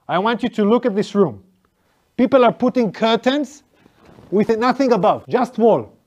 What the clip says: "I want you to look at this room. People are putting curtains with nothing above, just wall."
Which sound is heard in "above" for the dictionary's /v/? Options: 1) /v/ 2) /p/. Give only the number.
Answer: 1